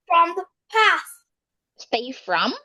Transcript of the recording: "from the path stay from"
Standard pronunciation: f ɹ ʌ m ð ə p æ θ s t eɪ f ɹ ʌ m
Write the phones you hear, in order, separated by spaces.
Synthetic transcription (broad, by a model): f ɹ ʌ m ð ə p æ t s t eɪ f ɹ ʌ m